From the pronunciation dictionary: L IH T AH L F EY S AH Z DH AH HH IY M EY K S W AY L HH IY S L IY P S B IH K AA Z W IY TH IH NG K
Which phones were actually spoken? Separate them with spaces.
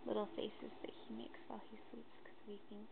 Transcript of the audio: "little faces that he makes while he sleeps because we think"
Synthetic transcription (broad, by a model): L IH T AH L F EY S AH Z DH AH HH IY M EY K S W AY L HH IY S IY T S K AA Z W IY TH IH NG K